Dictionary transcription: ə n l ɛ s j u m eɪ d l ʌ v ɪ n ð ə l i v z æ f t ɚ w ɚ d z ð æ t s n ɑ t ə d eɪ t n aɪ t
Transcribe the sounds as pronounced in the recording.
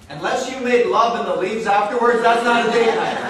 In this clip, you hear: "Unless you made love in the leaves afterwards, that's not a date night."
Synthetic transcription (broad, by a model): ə n l ɛ s j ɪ m eɪ d l ʌ v ɪ n ð ə l i v z æ f t ɚ w ɚ d z ð æ t s n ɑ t ə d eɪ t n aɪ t